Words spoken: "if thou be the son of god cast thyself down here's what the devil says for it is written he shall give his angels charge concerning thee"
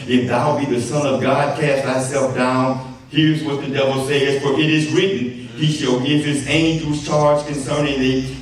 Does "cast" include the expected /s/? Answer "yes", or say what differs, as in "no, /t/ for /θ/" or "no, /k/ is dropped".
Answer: yes